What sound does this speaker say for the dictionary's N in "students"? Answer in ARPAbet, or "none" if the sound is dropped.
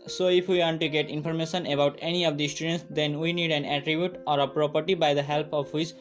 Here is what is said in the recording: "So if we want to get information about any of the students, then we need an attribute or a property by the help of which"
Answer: N